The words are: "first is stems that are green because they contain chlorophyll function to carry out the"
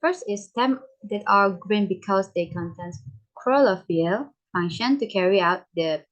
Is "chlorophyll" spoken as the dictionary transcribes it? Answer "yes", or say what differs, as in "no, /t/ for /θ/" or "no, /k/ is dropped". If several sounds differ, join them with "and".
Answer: no, /l/ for /ɹ/